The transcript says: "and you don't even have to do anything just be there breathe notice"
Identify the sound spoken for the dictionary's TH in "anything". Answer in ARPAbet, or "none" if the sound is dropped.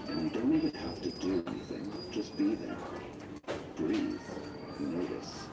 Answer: TH